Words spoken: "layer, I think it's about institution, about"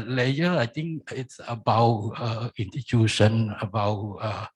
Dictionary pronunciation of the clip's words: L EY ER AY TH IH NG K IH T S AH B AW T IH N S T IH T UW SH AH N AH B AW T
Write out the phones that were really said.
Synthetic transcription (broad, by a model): L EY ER AY T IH NG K IH T S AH B AW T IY N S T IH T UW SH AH N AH B AW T